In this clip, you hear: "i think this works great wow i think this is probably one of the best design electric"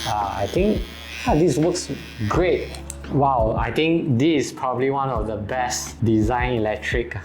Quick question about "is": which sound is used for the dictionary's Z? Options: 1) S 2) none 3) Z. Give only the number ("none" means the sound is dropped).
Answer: 1